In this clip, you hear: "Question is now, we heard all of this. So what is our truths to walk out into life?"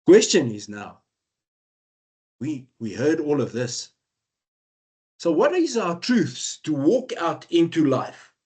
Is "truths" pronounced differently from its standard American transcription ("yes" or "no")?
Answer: no